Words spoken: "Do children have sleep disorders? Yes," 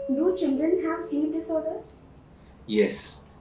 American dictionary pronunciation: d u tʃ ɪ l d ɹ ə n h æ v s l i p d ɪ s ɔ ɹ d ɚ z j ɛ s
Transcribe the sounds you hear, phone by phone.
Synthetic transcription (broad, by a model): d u tʃ ɪ l d ɹ ə n h æ v s i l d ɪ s ɔ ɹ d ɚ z j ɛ s